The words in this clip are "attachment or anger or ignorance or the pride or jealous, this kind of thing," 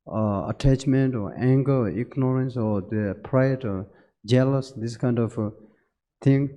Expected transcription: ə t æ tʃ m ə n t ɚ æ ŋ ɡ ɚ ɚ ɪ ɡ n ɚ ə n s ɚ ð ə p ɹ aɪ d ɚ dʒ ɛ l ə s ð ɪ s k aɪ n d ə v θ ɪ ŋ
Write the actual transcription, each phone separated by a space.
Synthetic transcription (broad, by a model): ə t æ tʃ m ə n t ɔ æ ŋ ɡ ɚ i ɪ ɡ n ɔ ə n s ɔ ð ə p ɹ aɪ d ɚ dʒ ɛ l ə s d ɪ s k aɪ n d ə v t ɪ ŋ